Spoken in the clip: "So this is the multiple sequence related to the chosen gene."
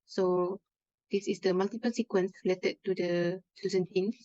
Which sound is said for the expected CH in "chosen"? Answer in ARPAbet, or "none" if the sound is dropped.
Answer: S